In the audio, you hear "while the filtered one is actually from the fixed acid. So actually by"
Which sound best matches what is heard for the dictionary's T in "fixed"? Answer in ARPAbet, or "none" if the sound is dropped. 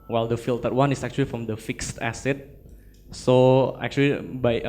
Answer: T